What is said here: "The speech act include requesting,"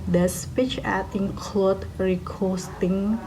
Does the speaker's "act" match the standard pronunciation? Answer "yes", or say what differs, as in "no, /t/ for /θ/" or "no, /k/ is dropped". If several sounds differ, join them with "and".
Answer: no, /k/ is dropped